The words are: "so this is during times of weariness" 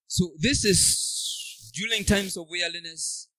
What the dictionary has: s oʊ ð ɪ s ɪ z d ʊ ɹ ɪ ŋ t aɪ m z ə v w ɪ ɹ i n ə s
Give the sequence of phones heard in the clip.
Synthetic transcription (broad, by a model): s oʊ ð ɪ s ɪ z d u l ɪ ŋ t aɪ m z ə v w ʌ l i n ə s